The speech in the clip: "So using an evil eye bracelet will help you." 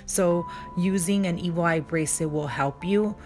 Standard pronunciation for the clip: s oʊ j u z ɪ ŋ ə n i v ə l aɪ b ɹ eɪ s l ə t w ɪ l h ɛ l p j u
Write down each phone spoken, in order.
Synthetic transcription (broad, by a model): s oʊ j u z ɪ ŋ ə n i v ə l aɪ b ɹ eɪ s ə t w ɪ l h ɛ l p j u